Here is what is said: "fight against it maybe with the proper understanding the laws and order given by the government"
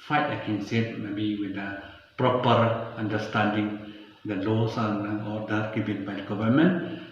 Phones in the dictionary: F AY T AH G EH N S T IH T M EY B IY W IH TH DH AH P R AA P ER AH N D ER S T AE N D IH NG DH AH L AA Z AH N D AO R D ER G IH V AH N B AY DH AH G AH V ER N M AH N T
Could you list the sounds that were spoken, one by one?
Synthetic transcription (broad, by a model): F AY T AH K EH N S IH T M EY B IY W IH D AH P R AA P ER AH N D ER S T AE N D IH NG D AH L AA S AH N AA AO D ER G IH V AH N B AY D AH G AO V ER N M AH N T